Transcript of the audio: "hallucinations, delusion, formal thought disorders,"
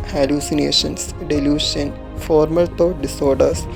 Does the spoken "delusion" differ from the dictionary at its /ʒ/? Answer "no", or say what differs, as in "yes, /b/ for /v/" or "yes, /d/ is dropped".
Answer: yes, /ʃ/ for /ʒ/